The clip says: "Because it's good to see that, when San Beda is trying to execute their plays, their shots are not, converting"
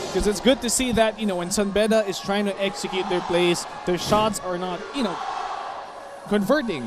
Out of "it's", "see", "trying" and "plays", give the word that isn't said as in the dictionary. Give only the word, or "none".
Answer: plays